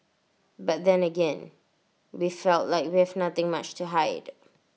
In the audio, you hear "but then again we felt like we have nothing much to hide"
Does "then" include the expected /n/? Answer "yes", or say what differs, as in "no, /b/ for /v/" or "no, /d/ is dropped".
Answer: yes